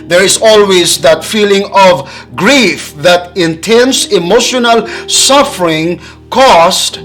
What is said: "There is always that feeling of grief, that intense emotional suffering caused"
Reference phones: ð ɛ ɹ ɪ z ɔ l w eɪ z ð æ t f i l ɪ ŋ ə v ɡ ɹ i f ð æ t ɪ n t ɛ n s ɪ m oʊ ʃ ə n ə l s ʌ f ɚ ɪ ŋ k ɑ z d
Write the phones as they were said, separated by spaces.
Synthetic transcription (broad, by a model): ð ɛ ɹ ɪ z ɔ l w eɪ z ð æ t f i l ɪ ŋ ə v ɡ ɹ i f ð æ t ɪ n t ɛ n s ɪ m oʊ ʃ ə n ə l s ʌ f ɚ ɪ ŋ k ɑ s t